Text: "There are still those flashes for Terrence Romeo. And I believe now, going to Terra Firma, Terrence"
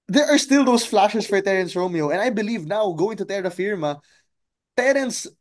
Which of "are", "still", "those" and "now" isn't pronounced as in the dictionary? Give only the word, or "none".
those